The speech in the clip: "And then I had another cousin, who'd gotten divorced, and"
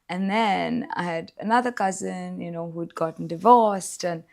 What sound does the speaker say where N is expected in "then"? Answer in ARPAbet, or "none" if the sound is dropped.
N